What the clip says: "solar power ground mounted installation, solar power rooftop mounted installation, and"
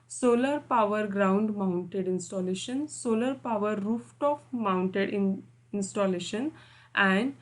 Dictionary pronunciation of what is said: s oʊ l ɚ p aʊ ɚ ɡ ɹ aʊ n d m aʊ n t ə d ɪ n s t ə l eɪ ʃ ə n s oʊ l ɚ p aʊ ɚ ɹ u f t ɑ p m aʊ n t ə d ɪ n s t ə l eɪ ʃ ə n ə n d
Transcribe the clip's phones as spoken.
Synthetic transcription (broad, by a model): s oʊ l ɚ p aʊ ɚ ɡ ɹ aʊ n d m aʊ n t ə d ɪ n s t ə l eɪ ʃ ə n s oʊ l ɚ p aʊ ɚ ɹ u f t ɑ f m aʊ n t ə d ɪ n s t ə l eɪ ʃ ə n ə n d